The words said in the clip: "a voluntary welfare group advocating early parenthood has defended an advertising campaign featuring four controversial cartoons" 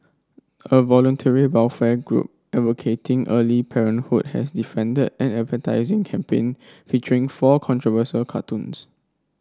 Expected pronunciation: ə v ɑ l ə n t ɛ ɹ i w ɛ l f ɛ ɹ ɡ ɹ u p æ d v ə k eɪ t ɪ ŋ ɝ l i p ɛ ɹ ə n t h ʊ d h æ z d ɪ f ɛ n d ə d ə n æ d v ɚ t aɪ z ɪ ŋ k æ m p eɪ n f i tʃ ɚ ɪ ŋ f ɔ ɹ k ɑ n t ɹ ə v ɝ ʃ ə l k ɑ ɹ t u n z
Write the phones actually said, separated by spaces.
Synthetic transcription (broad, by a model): ə v ɑ l ə n t ɛ ɹ i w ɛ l f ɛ ɡ ɹ u p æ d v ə k eɪ t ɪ ŋ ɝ l i p ɛ ɹ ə n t h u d h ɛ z d ɪ f ɛ n d ə d ə n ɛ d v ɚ t aɪ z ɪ ŋ k æ m p eɪ n f i tʃ ɚ ɪ ŋ f ɔ k ɑ n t ɹ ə v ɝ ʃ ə l k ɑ t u n s